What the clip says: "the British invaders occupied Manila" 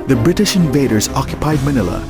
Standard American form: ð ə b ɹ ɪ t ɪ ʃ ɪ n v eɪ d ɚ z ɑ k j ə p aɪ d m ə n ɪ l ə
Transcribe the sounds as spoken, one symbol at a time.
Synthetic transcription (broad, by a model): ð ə b ɹ ɪ t ɪ ʃ ɪ n v eɪ d ɚ z ɑ k j ə p aɪ d m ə n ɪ l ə